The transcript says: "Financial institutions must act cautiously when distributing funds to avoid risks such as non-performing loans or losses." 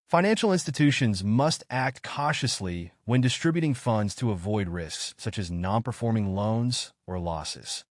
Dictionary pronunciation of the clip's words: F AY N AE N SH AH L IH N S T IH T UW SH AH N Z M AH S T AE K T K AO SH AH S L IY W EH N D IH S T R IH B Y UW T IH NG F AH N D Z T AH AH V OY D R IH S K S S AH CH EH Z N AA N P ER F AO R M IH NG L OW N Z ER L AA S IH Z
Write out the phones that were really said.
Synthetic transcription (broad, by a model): F AY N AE N SH L IH N S T IH T UW SH AH N Z M AH S T AE K T K AO SH AH S L IY W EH N D IH S T R IH B Y UW T IH NG F AH N D Z T AH AH V OY D R IH S K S S AH CH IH Z N AA N P ER F AO R M IH NG L OW N Z ER L AA S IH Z